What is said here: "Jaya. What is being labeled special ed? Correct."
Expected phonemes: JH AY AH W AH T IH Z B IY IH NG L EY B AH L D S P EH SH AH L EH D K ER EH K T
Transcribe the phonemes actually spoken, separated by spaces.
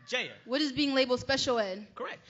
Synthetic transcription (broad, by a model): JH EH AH W AH T IH Z B IY IH NG L EY B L S P EH SH L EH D K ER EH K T